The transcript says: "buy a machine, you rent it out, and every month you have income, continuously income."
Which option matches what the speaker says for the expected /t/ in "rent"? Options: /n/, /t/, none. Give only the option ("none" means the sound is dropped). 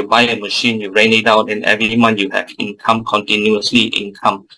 none